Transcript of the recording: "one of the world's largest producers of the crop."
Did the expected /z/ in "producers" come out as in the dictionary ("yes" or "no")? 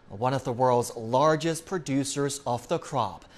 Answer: yes